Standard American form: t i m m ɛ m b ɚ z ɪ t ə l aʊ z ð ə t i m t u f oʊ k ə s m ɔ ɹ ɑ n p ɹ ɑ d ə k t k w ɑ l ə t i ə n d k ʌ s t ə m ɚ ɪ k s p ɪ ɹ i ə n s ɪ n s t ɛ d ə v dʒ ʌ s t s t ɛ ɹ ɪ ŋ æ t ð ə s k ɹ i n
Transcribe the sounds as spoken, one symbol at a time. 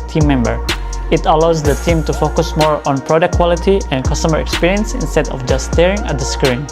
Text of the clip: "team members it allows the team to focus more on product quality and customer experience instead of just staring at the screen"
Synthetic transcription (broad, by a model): t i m m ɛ m b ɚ ɪ t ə l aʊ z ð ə t i m t u f oʊ k ə s m ɔ ɹ ɑ n p ɹ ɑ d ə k k w ɑ l ə t i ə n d k ʌ s t ə m ɚ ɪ k s p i ɹ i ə n s ɪ n s t ɛ d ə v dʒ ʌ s s t ɛ ɹ ɪ ŋ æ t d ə s k ɹ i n